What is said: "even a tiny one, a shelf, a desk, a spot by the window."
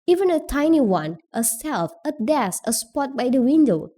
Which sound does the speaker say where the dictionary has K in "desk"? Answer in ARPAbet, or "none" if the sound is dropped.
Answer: none